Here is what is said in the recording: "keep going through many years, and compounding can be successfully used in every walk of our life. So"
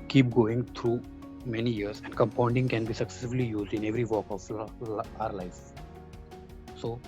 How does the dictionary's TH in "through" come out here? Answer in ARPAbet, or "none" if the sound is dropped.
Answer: T